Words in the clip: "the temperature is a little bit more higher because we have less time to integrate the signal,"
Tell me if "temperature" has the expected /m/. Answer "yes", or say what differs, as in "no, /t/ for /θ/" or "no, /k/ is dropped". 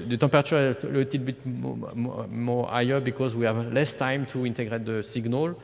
no, /m/ is dropped